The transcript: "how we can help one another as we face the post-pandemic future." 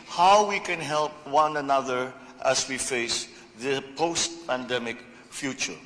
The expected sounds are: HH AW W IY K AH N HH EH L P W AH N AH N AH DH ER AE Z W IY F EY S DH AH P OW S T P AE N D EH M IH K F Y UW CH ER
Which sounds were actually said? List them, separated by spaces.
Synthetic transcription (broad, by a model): HH AW W IY K AH N HH EH L P W AH N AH N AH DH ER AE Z W IY F EY S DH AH P OW S T P AE N D EH M IH K F Y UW CH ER